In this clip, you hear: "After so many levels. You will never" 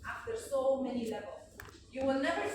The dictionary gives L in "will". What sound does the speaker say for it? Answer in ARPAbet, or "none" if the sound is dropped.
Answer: L